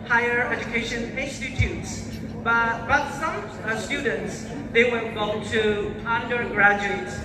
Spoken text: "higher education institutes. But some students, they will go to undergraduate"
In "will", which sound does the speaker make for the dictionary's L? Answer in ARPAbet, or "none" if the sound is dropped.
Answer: N